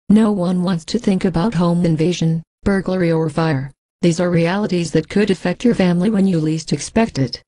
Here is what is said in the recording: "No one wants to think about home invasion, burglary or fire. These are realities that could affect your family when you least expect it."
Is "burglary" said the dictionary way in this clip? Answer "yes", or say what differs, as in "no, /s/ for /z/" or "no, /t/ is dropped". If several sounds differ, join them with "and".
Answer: yes